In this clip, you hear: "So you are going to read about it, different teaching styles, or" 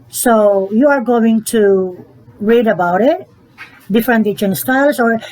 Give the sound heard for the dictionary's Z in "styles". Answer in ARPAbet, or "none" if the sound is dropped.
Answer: S